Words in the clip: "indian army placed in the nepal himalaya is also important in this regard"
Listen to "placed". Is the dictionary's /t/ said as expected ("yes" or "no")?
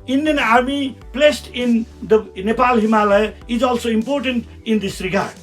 yes